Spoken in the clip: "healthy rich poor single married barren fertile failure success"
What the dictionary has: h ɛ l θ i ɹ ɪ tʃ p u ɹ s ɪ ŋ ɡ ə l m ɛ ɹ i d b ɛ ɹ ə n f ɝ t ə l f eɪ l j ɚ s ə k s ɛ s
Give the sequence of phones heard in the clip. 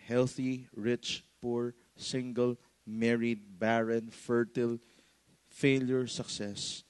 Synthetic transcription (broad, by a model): h ɛ l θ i ɹ ɪ tʃ p u ɹ s ɪ ŋ ɡ ə l m ɛ ɹ i d b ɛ ɹ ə n f ɝ t ə l f eɪ l j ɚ s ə k s ɛ s